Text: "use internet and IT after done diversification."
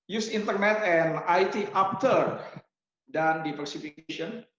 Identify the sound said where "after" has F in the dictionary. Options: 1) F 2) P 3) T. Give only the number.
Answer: 2